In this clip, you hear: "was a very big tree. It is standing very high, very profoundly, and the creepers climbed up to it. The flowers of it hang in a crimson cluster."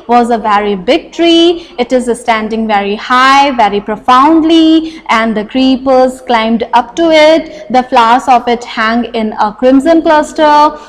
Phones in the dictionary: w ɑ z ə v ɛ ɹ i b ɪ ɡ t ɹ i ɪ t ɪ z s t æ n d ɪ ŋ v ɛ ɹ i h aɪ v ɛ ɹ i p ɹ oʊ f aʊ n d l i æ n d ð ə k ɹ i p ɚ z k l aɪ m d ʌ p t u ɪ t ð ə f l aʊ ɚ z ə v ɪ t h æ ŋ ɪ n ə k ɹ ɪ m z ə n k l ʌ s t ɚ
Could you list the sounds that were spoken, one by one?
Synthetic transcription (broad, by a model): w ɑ z ə v ɛ ɹ i b ɪ ɡ t ɹ i ɪ t ɪ z s t æ n d ɪ ŋ v ɛ ɹ i h aɪ v ɛ ɹ i p ɹ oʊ f aʊ n d l i æ n d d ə k ɹ i p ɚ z k l aɪ m d ʌ p t u ɪ t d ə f l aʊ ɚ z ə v ɪ t h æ ŋ ɪ n ə k ɹ ɪ m z ə n k l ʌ s t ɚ